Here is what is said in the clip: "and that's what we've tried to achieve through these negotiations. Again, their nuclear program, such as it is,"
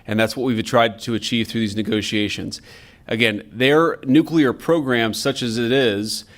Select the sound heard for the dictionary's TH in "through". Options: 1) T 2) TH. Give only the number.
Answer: 2